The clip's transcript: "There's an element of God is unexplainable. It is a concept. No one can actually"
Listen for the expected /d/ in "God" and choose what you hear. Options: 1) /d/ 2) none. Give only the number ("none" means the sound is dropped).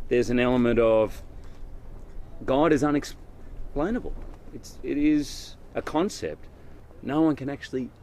1